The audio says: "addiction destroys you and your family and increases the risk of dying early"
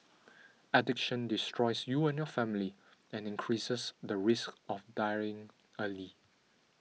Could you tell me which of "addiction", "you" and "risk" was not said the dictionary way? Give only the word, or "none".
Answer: none